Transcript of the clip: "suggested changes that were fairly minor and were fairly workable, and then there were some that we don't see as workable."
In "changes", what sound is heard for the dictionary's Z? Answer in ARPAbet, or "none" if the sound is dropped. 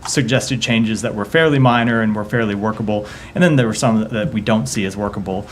Z